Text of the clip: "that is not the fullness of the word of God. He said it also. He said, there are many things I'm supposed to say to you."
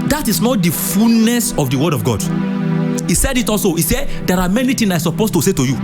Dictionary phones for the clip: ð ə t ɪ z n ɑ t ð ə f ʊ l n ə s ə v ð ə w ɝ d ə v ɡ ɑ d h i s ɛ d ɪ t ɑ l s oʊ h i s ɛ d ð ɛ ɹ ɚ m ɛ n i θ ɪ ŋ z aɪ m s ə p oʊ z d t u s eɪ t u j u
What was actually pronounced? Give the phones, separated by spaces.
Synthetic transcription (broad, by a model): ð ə t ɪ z n ɑ t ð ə f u l n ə s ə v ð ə w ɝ d ə v ɡ ɑ d h i s ɛ d ɪ t ɑ l s oʊ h i s ɛ d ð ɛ ɹ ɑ m ɛ n i t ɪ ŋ aɪ s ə p oʊ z t u s eɪ t u j u